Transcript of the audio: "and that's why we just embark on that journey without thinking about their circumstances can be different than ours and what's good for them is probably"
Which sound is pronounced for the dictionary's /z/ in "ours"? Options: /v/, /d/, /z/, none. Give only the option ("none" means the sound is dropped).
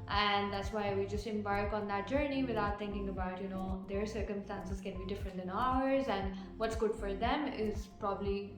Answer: /z/